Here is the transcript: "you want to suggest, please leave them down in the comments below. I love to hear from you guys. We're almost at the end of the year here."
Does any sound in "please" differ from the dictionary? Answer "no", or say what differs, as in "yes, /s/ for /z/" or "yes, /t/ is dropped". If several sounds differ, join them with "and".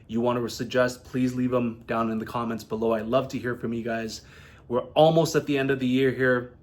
no